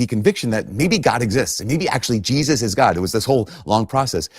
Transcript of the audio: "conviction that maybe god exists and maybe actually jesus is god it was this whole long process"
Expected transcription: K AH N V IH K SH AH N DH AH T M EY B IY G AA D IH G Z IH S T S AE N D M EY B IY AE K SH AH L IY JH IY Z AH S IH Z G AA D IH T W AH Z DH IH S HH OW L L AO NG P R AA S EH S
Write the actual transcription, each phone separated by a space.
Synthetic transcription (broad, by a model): K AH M V IH K SH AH N DH AH T M EY B IY G AA D IH G Z IH S T S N M EY B IY AE K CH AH L IY JH IY Z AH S IH Z G AA D IH T W AH Z DH IH S HH OW L L AO NG P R AA S EH S